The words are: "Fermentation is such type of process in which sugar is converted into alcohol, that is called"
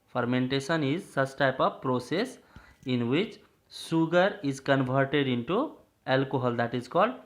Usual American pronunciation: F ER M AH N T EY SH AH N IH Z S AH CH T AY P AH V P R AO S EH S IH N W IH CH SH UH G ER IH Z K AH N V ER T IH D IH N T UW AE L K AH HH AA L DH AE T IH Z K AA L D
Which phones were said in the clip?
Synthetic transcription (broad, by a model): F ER M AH N T EY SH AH N IH Z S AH S T AY P AH V P R AO S EH S IH N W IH CH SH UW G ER IH Z K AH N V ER T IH D IH N T UW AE L K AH HH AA L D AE T IH Z K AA L D